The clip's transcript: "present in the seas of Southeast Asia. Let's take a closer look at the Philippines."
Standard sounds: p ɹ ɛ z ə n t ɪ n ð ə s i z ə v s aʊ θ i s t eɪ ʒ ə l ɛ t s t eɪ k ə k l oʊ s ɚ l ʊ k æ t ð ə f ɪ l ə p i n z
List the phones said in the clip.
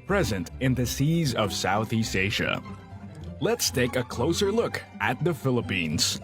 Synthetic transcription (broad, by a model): p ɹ ɛ z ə n t ɪ n ð ə s i z ə v s aʊ θ i s t eɪ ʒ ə l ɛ t s t eɪ k ə k l oʊ s ɚ l ʊ k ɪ t ð ə f ɪ l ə p i n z